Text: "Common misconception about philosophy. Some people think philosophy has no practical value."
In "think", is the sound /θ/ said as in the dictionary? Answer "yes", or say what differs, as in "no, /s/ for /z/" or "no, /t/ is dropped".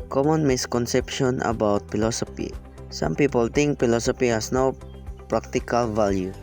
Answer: no, /t/ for /θ/